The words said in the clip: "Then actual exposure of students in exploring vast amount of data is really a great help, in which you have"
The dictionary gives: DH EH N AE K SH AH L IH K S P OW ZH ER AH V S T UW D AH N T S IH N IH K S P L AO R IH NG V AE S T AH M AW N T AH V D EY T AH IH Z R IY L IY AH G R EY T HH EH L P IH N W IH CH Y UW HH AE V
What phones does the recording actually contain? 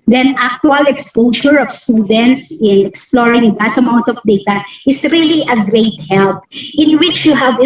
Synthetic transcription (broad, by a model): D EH N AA K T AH L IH K S P OW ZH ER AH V S T UW D AH N T S IH N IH K S P L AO R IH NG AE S AH M AW N T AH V D EY T AH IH S R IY L IY AH G R EY T HH EH L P IH N W IH CH Y UW HH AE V